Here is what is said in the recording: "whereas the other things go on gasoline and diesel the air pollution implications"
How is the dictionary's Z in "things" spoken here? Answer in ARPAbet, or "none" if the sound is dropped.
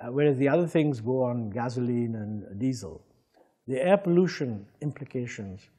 Z